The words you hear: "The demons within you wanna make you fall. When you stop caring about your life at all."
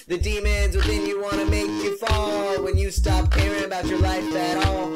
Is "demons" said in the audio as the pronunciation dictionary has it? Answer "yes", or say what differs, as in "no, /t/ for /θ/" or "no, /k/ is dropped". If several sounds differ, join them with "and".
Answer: yes